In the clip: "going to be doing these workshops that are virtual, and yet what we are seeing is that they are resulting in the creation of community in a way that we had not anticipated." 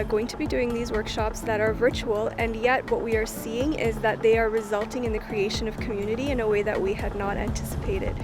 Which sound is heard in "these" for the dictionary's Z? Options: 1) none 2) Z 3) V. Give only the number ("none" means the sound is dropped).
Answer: 2